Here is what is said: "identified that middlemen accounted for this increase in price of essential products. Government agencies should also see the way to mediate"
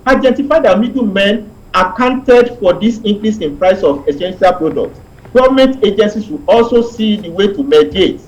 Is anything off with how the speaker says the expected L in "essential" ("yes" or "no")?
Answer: no